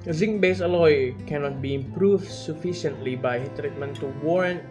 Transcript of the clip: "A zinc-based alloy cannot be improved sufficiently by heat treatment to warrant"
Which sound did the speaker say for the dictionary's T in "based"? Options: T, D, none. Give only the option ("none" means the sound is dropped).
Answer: none